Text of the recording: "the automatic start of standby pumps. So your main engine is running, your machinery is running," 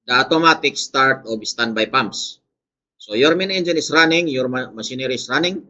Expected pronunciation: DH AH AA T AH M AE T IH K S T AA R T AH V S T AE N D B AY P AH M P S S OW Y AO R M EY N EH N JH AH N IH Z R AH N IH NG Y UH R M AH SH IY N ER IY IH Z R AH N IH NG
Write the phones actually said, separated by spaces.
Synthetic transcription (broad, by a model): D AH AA T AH M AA T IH K S T AA R T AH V S T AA N B AY P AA M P S S OW Y AO R M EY N EH N JH AH N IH S R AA N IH NG Y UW R M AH S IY N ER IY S R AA N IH NG